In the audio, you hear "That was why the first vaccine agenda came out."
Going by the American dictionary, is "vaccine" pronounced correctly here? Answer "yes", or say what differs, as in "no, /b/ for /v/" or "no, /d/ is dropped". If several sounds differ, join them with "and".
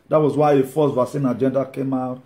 no, /k/ is dropped